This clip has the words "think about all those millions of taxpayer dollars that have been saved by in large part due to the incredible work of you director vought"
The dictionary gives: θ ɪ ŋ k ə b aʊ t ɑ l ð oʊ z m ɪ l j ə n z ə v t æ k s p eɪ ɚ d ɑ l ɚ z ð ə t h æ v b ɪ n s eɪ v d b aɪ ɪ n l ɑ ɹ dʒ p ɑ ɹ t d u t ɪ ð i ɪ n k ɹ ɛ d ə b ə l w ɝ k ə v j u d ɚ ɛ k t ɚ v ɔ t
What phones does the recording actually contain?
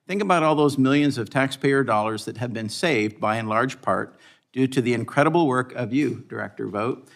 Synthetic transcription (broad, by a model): θ ɪ ŋ k ə b aʊ t ɑ l ð oʊ z m ɪ l j ə n z ə v t æ k s p eɪ ɚ d ɑ l ɚ z ð ə t h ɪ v b ɪ n s eɪ v d b aɪ ɪ n l ɑ ɹ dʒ p ɑ ɹ t d u t ɪ ð i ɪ n k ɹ ɛ d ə b l w ɝ k ə v j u d ɚ ɛ k t ɚ v ɔ t